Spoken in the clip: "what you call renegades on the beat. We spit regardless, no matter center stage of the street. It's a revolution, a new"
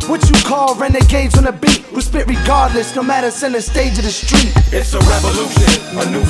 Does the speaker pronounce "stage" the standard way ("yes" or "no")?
yes